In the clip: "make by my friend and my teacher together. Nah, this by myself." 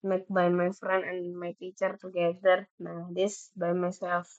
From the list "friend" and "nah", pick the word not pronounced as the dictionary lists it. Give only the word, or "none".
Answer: friend